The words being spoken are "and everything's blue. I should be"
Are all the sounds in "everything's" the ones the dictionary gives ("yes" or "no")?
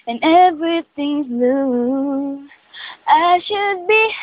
yes